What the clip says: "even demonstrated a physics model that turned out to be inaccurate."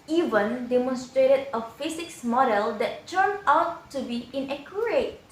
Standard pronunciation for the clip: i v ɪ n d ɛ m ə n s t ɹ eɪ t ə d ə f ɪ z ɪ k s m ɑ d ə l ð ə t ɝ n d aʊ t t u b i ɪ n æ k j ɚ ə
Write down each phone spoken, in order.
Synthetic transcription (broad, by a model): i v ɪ n d ɛ m ə n s t ɹ eɪ t ə d ə f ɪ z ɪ k s m ɑ d ə l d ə t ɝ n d aʊ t t u b i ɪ n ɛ k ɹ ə